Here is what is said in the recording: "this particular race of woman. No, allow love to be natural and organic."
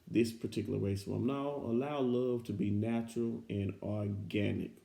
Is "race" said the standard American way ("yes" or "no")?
no